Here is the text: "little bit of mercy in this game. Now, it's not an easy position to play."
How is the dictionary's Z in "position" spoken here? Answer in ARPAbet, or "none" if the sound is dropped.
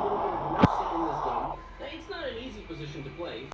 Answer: Z